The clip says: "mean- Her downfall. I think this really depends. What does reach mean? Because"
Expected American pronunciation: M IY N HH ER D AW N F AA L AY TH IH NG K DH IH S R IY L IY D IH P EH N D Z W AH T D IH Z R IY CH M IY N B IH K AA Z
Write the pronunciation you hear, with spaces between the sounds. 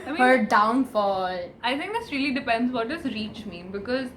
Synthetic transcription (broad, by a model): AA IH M HH ER D AW N F AA L AY T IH NG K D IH S R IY L IY D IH P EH N D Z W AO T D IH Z R IY CH M IY N B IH K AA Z